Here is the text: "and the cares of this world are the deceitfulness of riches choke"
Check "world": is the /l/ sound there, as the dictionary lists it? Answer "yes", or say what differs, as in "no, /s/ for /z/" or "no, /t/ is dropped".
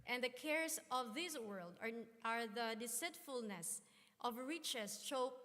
yes